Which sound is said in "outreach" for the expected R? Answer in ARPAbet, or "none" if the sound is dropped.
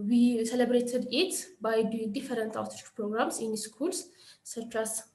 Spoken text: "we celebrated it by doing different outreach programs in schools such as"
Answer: none